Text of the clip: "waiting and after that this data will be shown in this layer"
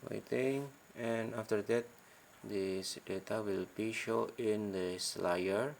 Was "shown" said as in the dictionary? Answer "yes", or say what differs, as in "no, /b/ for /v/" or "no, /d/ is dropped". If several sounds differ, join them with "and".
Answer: no, /n/ is dropped